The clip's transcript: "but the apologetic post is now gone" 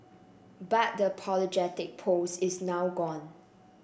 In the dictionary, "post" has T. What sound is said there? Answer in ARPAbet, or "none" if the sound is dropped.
none